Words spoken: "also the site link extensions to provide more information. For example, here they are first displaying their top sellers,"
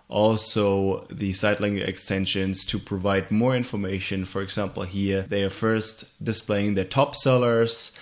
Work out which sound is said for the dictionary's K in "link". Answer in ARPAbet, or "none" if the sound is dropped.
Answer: none